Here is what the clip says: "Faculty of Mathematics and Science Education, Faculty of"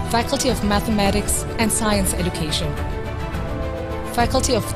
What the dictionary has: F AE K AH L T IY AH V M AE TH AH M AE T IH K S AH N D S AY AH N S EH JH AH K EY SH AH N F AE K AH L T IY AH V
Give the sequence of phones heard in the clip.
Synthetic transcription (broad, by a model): F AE K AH L T IY AH V M AE TH AH M AE T IH K S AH N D S AY AH N S EH JH AH K EY SH AH N F AE K AH L T IY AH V